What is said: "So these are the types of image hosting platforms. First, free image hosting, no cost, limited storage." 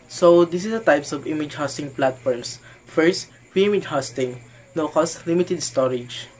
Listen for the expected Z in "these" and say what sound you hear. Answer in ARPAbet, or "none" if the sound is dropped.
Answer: S